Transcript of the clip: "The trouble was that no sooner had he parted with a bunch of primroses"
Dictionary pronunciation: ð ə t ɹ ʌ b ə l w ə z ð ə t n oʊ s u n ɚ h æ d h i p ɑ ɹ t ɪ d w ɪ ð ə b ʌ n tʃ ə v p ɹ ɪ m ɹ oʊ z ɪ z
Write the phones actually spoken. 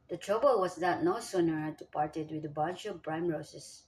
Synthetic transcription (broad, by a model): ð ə t ɹ ʌ b ə l w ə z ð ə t n oʊ s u n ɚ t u p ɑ ɹ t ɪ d w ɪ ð ə b ʌ n tʃ ə v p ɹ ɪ m ɹ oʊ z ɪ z